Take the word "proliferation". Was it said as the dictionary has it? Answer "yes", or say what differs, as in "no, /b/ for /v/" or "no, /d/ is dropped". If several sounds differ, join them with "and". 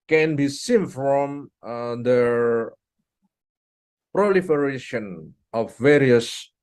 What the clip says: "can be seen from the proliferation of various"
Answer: yes